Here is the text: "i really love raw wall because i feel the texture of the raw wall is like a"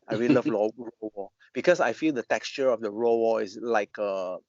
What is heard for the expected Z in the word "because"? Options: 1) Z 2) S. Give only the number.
2